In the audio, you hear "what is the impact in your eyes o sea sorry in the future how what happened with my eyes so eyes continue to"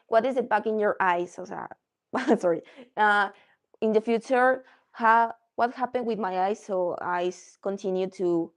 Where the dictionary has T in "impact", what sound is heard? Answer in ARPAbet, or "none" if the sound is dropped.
none